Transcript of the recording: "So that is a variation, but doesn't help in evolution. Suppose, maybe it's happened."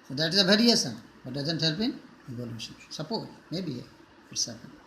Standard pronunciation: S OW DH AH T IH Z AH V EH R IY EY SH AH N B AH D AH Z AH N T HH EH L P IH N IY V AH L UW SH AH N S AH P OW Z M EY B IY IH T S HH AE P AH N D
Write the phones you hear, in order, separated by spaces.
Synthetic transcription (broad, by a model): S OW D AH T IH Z AH B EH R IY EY S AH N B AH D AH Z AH N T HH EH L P IH N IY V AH L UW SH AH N S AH P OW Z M EY B IY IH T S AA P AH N